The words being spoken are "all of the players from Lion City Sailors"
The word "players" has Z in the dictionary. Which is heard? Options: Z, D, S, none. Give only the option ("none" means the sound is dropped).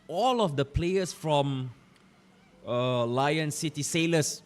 S